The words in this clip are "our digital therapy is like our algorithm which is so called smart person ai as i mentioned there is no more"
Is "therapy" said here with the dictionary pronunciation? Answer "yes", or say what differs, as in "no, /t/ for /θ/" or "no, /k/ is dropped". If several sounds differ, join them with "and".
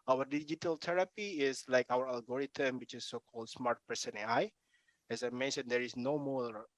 no, /t/ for /θ/